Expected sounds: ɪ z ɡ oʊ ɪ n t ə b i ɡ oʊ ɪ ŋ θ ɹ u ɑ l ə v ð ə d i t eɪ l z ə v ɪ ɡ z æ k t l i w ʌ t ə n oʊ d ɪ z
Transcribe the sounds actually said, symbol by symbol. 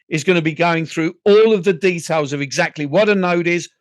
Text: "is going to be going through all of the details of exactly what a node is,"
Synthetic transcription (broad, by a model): ɪ z ɡ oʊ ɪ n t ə b i ɡ oʊ ɪ ŋ θ ɹ u ɑ l ə v ð ə d i t eɪ l z ə v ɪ ɡ z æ k t l i w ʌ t ə n oʊ d ɪ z